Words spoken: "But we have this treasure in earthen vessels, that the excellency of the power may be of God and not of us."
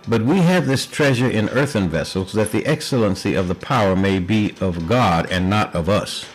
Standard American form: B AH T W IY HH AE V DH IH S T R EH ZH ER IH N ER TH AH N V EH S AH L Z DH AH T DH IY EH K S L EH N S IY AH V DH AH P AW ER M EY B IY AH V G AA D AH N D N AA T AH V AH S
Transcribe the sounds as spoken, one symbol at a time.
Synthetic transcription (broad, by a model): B AH T W IY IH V DH IH S T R EH ZH ER IH N ER TH AH N V EH S L Z DH AH T DH IY EH K S L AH N S IY AH V DH AH P AW ER M EY B IY AH V G AA D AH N N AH T AH V AH S